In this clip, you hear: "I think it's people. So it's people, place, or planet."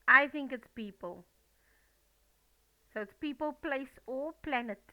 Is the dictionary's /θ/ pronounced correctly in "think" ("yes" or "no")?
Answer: yes